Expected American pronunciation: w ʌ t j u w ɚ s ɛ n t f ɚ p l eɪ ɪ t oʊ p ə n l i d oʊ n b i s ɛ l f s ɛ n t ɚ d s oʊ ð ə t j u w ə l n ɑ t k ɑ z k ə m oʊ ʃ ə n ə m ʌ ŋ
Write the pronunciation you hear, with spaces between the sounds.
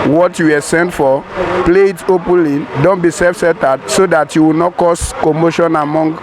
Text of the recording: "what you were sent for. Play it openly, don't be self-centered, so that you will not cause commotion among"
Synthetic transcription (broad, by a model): w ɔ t j u w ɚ s ɛ n t f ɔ p l eɪ ɪ t oʊ p ə n l i d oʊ n b i s ɛ l f s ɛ t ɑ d s oʊ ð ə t j u w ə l n ɑ t k ɑ s k ə m oʊ ʃ ə n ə m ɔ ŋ